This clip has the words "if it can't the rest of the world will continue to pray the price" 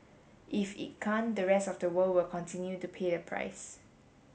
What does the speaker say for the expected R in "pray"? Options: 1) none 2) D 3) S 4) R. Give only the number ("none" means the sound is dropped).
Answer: 1